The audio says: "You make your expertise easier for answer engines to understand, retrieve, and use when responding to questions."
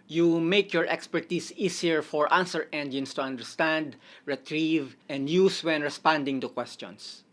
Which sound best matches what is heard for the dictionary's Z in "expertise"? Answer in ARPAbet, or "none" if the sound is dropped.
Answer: S